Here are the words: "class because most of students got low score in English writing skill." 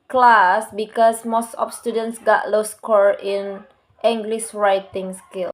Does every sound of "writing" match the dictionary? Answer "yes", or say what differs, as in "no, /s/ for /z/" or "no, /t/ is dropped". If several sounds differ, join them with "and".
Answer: yes